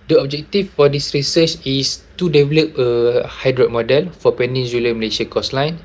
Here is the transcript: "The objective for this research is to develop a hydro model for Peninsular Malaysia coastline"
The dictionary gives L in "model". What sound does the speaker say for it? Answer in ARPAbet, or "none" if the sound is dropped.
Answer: L